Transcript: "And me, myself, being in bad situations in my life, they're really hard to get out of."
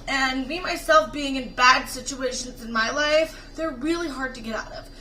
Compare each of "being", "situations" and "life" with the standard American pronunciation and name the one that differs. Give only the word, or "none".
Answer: none